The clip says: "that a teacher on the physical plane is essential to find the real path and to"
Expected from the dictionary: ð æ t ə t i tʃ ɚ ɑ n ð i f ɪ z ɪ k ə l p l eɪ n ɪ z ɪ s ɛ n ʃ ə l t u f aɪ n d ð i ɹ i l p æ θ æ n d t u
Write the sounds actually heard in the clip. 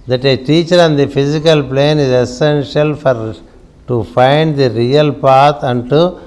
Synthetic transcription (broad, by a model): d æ t ə t i tʃ ɚ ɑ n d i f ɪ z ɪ k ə l p l eɪ n ɪ z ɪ s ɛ n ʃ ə l t u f aɪ n d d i ɹ i l p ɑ t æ n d t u